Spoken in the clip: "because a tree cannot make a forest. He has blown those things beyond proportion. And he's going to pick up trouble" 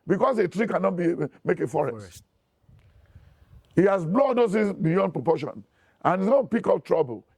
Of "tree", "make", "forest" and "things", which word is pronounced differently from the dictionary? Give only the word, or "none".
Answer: things